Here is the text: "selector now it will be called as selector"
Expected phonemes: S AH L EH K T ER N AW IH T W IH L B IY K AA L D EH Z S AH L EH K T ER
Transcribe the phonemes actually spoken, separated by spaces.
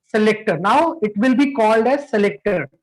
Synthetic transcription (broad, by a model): S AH L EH K T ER N AW IH T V IH L B IY K AA L D EH Z S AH L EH K T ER